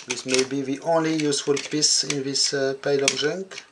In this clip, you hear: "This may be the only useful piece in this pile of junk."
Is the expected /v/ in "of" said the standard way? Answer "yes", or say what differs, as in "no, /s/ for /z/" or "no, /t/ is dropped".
no, /b/ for /v/